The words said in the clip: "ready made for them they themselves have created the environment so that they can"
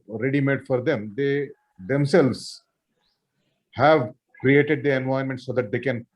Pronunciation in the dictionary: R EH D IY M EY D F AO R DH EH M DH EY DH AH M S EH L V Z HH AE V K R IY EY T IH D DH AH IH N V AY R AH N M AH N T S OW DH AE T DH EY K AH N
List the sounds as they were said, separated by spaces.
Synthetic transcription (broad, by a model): R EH D IY M EY D F AO R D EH M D EY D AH M S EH L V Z HH AE V K R IY EY T IH D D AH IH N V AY AH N M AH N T S OW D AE T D EY K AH N